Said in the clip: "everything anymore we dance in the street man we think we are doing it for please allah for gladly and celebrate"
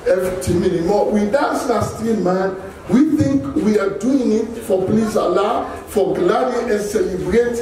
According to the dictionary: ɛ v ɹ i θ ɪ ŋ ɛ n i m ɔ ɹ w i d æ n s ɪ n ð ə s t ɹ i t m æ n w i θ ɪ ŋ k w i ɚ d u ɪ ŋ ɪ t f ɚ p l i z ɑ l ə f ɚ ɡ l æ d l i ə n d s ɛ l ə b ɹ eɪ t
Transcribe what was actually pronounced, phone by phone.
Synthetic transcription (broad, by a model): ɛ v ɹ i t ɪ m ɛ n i m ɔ w i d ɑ s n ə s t i m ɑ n w i θ ɪ ŋ k w i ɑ d u ɪ ŋ ɪ t f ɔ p l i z ɑ l ə f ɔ ɡ l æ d i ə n s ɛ l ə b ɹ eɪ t